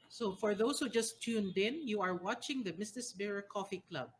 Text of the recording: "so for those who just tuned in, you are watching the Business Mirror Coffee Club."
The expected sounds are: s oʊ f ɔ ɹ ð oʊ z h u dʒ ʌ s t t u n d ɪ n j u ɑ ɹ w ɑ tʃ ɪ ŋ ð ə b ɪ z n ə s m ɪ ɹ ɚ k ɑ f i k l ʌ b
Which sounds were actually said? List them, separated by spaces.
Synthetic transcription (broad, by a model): s oʊ f ɔ ɹ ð oʊ s h u dʒ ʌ s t t u n d ɪ n j u ɑ ɹ w ɑ tʃ ɪ ŋ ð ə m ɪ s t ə s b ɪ ɹ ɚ k ɑ f i k l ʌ b